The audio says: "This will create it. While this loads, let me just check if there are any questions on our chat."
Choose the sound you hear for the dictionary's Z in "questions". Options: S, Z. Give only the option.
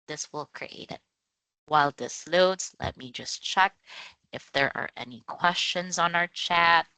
Z